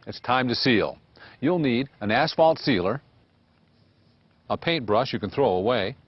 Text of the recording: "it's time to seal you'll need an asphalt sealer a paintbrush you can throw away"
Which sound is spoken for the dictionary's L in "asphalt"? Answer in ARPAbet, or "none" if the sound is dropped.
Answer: L